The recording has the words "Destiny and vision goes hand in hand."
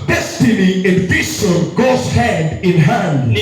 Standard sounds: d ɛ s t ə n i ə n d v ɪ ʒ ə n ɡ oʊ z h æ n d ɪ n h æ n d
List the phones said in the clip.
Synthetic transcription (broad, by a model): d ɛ s t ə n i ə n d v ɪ s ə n ɡ oʊ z h æ n d ɪ n h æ n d